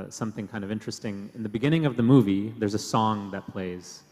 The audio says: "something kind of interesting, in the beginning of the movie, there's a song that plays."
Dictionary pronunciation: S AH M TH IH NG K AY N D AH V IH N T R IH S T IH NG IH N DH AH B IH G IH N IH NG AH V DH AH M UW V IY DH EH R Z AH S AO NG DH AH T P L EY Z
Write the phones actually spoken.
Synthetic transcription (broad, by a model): S AH M TH IH NG K AY N D AH V IH N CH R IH S T IH NG IH N DH AH B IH G IH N IH NG AH V DH AH M UW V IY DH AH R Z AH S AO NG DH AH T P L EY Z